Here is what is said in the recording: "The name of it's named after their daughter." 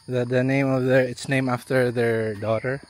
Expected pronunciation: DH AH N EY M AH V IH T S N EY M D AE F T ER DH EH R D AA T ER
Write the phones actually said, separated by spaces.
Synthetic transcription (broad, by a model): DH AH N EY M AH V IH T S N EY M AE F T ER DH EH R D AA T ER